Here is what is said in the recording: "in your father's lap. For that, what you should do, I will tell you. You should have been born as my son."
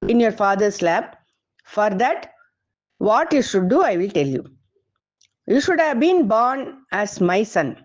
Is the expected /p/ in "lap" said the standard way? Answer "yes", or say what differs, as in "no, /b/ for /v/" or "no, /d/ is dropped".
no, /b/ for /p/